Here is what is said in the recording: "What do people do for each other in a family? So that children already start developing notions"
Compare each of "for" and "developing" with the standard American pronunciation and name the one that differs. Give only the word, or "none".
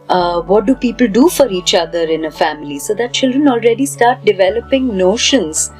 none